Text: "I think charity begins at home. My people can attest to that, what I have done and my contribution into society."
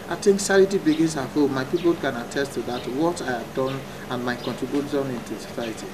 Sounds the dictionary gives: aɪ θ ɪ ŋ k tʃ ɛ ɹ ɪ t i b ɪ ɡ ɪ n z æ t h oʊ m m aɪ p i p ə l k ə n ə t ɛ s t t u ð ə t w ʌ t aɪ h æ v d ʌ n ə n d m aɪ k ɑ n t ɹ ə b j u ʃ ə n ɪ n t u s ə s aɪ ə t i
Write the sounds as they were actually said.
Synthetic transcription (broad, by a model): aɪ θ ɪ ŋ k s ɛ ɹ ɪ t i b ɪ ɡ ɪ n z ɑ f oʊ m m aɪ p i p ə l k ə n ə t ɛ s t t u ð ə t w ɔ t aɪ h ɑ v d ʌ n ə n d m aɪ k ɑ n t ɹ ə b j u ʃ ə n ɪ n t u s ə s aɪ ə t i